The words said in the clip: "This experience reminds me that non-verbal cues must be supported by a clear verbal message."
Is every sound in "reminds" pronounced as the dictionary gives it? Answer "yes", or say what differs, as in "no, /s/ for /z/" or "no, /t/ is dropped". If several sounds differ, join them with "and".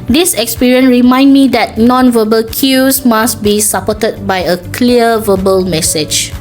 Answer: no, /z/ is dropped